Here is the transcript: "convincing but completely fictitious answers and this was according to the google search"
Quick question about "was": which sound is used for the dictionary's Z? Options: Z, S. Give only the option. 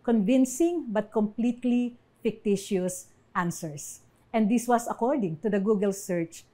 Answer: S